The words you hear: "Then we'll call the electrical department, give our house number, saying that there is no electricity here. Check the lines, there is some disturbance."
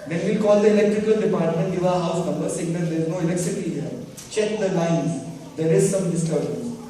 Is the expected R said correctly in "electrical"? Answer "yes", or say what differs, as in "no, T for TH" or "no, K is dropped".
yes